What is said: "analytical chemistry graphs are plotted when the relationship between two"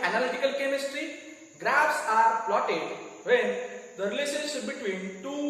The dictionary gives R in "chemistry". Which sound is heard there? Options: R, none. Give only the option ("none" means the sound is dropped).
R